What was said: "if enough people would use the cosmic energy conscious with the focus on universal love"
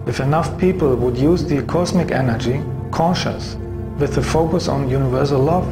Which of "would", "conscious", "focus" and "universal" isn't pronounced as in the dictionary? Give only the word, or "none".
none